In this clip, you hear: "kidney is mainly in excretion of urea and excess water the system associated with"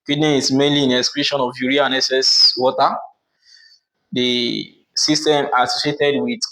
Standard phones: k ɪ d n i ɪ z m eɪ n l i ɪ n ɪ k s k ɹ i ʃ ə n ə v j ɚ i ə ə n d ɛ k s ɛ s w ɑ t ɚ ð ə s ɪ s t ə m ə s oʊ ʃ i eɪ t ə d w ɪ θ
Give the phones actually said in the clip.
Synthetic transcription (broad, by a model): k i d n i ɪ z m eɪ n l i ɪ n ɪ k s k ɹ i ʃ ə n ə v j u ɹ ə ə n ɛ s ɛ s w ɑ t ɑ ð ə s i s t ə m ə s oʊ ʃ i eɪ t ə d w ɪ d